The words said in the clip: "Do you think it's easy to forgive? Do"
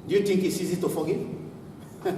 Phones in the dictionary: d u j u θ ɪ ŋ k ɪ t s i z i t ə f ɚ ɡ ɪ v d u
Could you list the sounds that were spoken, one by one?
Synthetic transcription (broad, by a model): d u j u t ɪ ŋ k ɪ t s i z i t ə f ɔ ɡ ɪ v